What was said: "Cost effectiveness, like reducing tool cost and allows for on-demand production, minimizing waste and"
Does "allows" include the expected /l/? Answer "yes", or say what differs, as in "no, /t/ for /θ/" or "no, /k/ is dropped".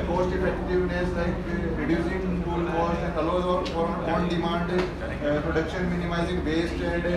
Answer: no, /l/ is dropped